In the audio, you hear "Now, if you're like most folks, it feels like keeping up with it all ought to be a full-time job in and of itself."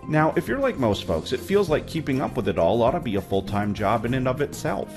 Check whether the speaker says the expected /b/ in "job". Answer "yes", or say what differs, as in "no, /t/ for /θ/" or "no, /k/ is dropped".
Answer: yes